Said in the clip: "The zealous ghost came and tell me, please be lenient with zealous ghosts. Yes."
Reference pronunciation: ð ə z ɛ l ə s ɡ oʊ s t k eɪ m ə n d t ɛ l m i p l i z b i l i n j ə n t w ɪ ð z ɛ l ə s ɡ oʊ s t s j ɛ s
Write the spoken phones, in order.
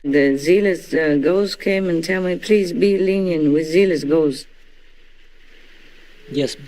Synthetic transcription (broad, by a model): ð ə z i l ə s ɡ oʊ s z k eɪ m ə n t ɛ l m i p l i z b i l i n j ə n w ɪ ð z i l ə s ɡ oʊ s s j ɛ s